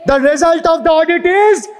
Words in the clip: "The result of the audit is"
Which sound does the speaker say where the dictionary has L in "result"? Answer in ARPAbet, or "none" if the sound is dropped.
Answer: L